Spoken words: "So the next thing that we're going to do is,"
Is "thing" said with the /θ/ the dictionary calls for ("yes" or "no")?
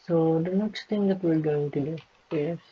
no